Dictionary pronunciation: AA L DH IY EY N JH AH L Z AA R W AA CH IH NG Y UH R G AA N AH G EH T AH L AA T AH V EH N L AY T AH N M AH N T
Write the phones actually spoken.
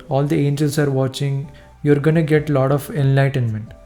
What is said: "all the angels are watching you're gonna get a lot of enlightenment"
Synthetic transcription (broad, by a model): AA L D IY EY N JH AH L S AA R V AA CH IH NG Y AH R G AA N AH G EH T L AA T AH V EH N L AY T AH N M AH N T